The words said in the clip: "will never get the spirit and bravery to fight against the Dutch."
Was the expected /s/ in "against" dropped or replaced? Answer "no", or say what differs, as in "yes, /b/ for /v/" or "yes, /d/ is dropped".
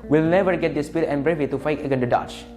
yes, /s/ is dropped